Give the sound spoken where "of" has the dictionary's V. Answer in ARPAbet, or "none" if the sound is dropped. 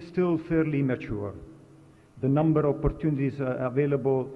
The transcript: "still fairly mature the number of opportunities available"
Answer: P